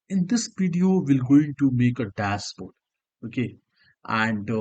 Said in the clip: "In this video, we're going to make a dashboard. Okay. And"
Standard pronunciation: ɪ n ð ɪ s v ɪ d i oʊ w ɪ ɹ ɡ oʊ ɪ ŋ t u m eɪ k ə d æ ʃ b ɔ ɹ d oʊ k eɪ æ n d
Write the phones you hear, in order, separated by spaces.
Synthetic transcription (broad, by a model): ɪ n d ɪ s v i d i oʊ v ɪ l ɡ oʊ ɪ ŋ t u m eɪ k ə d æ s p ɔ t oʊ k eɪ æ n d